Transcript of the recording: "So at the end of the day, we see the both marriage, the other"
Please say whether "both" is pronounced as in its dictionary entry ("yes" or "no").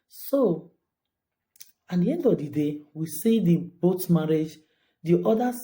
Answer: no